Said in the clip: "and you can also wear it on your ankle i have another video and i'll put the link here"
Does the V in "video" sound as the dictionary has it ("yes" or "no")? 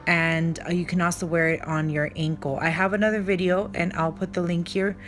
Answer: yes